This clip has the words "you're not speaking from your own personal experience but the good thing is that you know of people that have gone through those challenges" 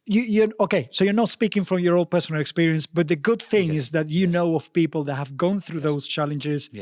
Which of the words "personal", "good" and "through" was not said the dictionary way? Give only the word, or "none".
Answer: none